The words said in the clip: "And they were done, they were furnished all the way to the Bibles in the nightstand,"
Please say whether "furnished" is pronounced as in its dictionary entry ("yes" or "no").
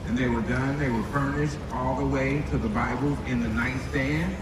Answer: yes